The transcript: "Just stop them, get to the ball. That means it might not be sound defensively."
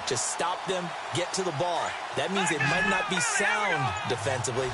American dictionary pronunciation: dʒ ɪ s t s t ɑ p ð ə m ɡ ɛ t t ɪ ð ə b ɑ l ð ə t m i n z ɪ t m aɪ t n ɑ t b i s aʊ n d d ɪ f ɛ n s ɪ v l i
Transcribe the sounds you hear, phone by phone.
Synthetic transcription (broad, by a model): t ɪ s s t ɑ p ð ə m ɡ ɛ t t ɪ ð ə b ɑ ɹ ð ə t m i n z ɪ t m aɪ t n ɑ t b i s aʊ n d d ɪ f ɛ n s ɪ v l i